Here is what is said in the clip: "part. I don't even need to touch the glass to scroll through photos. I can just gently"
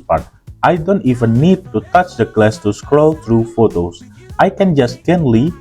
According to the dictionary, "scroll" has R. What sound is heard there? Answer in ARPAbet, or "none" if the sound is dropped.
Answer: R